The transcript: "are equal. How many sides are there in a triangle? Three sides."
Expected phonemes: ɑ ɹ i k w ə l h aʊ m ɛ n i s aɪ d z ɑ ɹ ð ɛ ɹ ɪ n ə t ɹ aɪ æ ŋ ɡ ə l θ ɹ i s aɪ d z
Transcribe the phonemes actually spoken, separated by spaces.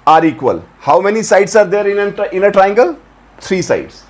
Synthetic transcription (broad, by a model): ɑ ɹ i k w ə l h aʊ m ɛ n i s aɪ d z ɑ ɹ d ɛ ɹ ɪ n ə t ɹ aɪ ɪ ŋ ɡ ə l t ɹ i s aɪ d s